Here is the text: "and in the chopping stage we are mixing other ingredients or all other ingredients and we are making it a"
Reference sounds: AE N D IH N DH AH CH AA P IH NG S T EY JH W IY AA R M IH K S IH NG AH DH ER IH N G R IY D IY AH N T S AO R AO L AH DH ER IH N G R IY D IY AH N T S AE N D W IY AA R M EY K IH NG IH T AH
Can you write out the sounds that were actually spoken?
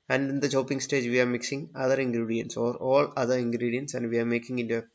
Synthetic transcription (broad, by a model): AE N D IH N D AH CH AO P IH NG S T EY JH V IY AA R M IH K S IH NG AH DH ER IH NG G R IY D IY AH N T S AO R AO L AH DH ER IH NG G R IY D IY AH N T S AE N D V IY AA R M EY K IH NG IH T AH